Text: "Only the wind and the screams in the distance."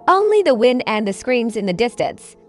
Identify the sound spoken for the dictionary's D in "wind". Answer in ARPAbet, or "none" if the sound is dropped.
D